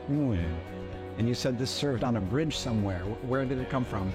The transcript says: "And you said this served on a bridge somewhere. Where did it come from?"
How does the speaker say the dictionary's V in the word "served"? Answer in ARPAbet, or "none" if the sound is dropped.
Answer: V